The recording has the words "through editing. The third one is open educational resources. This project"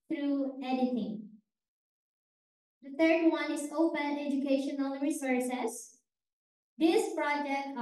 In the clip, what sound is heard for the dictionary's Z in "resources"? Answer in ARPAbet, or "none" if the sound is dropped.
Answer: S